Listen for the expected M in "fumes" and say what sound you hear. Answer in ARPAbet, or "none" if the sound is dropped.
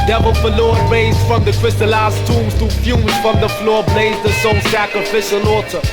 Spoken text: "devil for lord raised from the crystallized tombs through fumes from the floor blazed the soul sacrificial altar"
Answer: none